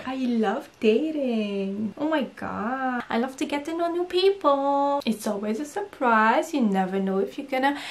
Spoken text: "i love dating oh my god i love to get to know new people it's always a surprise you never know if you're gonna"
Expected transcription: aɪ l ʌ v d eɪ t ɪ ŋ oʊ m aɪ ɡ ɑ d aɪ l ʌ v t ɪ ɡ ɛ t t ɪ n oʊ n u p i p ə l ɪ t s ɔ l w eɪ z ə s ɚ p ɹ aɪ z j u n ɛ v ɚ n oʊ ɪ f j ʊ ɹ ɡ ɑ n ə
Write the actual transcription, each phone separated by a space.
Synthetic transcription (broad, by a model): aɪ l ʌ v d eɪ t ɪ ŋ oʊ m aɪ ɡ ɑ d aɪ l ʌ v t ɪ ɡ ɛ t t ɪ n oʊ n u p i p ə l ɪ t s ɔ l w eɪ z ə s ɚ p ɹ aɪ z j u n ɛ v ɚ n oʊ ɪ f j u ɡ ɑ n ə